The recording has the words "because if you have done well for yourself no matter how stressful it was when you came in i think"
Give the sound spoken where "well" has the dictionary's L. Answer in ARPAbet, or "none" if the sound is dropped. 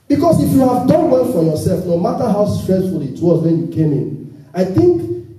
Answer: N